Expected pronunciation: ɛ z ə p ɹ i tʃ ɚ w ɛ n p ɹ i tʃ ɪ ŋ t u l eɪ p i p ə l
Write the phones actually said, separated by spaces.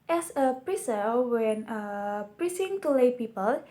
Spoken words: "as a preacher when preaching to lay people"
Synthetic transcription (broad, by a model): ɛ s ə p ɹ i s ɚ w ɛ n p ɹ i s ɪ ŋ t u l eɪ p i p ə l